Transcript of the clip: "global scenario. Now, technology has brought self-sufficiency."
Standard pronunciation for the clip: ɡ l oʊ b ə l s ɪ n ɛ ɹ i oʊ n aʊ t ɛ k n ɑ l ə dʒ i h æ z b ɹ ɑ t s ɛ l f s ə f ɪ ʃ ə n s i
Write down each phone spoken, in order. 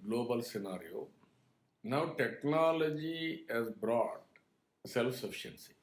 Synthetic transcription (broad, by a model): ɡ l oʊ b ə l s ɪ n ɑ ɹ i oʊ n aʊ t ɛ k n ɑ l ə dʒ i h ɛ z b ɹ ɑ t s ɛ l f s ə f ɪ ʃ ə n s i